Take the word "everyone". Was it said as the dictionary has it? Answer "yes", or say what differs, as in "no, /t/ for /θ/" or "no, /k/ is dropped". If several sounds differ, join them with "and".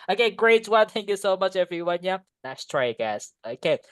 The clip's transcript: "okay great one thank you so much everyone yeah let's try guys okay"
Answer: yes